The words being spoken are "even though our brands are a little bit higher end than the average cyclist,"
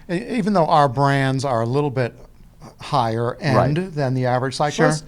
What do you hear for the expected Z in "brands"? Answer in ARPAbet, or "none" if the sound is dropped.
Z